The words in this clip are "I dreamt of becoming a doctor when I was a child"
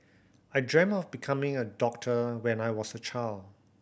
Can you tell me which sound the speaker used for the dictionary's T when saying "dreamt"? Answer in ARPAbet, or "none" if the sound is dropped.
none